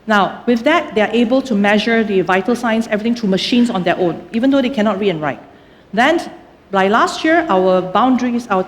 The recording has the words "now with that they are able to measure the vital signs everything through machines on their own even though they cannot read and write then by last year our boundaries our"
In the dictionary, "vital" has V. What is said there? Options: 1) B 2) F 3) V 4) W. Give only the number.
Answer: 3